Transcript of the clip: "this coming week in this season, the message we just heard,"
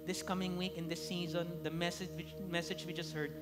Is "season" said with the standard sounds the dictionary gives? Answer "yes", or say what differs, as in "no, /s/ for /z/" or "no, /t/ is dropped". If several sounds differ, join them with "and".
yes